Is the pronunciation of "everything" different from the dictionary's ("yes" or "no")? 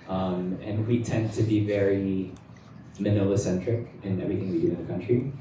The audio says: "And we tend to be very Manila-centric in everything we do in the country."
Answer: no